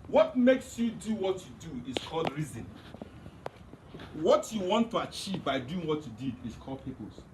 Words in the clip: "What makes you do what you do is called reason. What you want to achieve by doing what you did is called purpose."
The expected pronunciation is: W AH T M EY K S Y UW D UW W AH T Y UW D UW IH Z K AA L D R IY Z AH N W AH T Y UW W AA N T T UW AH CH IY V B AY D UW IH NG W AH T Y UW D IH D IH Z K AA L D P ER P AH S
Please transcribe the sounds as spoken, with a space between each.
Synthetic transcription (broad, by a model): W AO T M EY K S Y UW D UW W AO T Y UW D UW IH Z K AA L D R IY Z AH N W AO T Y UW W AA N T T UW AH CH IY V B AY D UW IH NG W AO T Y UW D IH D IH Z K AA L D P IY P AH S